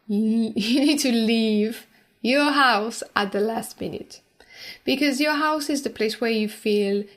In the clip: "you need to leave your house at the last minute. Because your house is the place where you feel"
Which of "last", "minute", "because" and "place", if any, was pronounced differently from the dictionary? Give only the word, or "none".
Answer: none